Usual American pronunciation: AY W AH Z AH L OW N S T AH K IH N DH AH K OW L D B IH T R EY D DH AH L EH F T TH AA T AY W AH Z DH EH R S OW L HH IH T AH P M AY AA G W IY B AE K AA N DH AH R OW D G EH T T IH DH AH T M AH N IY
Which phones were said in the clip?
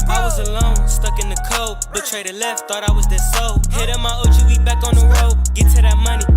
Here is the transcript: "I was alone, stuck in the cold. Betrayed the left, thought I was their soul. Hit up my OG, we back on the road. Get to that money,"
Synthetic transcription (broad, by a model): AY W AH Z AH L OW N S T AH K IH N DH AH K OW B IH T R EY D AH L EH F T TH AA T AY W AH Z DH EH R S OW HH IH T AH M AY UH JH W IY B AE K N DH AH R OW G EH T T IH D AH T M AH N IY